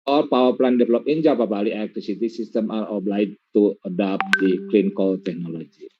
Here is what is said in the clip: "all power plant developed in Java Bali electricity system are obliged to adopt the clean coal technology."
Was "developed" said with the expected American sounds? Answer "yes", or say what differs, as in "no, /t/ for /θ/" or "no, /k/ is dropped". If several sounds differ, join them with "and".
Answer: no, /t/ is dropped